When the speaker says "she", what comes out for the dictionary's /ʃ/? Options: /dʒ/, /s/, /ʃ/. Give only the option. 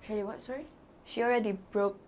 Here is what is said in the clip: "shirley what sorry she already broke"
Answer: /ʃ/